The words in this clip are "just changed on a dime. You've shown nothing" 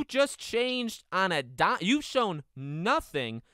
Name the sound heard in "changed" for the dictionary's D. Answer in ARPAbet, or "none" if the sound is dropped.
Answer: D